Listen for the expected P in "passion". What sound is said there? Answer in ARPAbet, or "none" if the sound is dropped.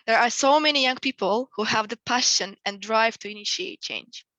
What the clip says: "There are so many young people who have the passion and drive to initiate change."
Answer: P